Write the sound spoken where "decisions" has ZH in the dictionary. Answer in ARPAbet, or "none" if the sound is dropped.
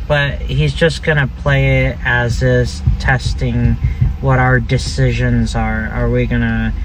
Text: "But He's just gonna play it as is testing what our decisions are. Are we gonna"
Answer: ZH